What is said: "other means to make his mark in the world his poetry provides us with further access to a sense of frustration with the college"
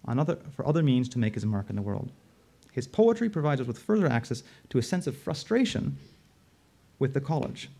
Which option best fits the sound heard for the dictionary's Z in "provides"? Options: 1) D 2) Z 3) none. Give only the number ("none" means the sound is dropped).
2